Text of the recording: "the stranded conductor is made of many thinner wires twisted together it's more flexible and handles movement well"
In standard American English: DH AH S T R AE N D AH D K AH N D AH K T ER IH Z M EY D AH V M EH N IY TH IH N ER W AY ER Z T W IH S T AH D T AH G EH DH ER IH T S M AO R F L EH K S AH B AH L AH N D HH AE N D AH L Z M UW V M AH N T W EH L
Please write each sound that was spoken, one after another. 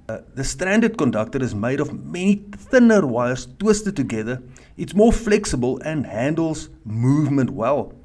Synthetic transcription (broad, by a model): DH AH S T R AE N D AH D K AH N D AH K T ER IH Z M EY D AH V M EH N IY TH IH N ER W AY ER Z T W IH S T AH D T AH G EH DH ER IH T S M AO R F L EH K S AH B AH L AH N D HH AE N D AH L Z M UW V M AH N T W EH L